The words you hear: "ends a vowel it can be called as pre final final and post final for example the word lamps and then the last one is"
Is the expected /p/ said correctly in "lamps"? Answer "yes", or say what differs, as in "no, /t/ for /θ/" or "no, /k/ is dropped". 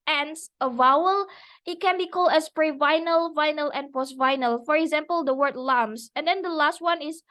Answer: no, /p/ is dropped